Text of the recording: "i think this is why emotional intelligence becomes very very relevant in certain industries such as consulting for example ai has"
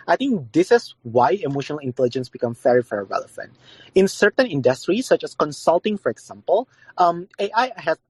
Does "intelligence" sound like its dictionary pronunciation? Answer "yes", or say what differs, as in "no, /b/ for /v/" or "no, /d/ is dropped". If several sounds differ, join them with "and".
yes